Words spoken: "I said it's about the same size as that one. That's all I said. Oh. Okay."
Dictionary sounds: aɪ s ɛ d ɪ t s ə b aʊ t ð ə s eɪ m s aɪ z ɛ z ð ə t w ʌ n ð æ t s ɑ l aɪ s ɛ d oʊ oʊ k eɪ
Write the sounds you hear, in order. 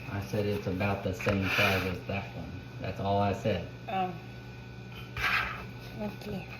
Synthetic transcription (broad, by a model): aɪ s ɛ d ɪ t s ə b aʊ t ð ə s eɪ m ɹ aɪ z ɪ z ð ə t w ʌ n ð æ t s ɑ l aɪ s ɛ d oʊ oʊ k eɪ